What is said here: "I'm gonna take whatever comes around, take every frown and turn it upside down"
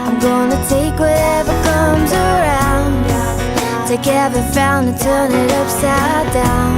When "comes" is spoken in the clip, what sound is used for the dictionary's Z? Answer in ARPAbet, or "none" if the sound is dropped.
Z